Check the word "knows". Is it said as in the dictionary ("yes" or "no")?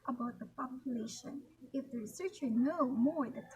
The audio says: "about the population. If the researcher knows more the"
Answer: no